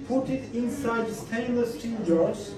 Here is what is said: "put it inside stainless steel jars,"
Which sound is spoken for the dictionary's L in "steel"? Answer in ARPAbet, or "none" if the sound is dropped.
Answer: N